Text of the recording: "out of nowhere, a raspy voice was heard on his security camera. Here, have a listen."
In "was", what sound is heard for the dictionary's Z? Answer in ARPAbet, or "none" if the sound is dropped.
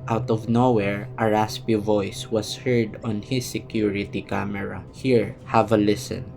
S